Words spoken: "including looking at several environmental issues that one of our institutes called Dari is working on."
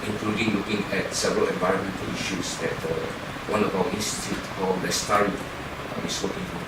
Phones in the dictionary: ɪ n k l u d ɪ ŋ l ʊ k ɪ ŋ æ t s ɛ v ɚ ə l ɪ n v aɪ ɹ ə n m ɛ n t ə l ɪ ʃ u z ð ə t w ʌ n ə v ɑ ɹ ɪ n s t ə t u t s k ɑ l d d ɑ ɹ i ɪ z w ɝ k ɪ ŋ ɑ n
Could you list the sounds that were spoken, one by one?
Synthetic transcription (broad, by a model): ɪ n k l u d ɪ ŋ l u k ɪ ŋ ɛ t s ɛ v ɚ ə l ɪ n v aɪ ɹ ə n m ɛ n t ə l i ʃ u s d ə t w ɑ n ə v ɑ w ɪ n s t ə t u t k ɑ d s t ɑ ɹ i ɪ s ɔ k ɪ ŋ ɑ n